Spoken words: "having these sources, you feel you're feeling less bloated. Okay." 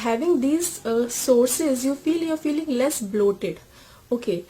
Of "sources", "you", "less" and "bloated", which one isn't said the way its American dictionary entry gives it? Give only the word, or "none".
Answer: none